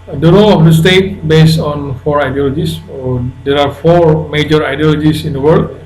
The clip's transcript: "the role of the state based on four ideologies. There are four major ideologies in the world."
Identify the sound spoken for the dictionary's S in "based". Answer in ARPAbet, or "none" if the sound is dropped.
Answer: S